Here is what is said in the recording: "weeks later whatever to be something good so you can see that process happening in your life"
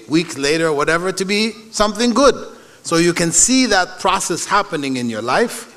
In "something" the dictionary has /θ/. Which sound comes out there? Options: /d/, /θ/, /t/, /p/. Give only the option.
/θ/